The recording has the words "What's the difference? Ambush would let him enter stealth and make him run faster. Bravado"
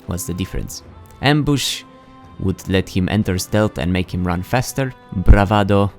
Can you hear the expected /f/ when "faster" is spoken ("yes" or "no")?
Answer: yes